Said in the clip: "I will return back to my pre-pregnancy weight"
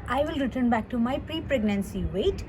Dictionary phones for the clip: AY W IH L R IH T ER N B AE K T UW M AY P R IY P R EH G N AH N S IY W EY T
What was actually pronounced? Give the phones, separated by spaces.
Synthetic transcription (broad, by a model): AY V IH L R IH T ER N B AE K T UW M AY P R IY P R EH G N AH N S IY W EY T